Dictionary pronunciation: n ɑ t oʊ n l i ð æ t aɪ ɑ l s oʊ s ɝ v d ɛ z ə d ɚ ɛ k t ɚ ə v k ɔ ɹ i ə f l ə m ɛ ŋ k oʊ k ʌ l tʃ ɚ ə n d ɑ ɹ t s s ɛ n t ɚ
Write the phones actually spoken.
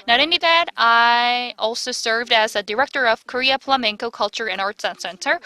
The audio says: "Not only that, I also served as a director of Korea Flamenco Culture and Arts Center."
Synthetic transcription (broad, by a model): n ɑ t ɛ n i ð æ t aɪ ɑ l s oʊ s ɝ v d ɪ z ə d ɚ ɛ k t ɚ ə v k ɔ ɹ i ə p l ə m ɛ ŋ k oʊ k ʌ l tʃ ɚ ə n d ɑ ɹ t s s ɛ n t ɚ